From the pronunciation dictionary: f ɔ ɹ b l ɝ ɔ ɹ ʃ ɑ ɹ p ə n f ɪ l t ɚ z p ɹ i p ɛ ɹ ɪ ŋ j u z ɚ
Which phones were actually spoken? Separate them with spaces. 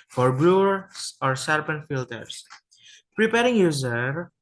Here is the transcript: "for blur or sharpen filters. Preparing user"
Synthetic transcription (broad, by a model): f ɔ ɹ b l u ɔ ɹ s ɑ ɹ p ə n f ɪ l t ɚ s p ɹ i p ɛ ɹ ɪ ŋ j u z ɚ